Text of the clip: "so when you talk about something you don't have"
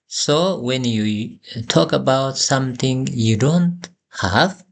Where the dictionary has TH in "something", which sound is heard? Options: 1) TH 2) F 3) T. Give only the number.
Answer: 3